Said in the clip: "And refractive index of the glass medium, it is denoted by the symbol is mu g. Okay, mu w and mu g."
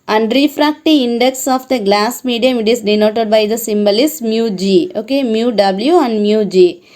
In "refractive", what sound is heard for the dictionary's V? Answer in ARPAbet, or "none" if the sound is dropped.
none